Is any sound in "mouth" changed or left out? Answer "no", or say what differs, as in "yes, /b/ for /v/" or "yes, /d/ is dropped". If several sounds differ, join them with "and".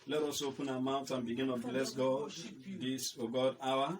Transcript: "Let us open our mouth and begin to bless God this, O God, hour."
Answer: yes, /t/ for /θ/